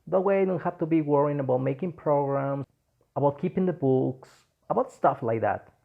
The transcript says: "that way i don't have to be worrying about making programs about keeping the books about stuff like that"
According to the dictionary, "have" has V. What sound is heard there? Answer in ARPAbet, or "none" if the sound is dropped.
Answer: F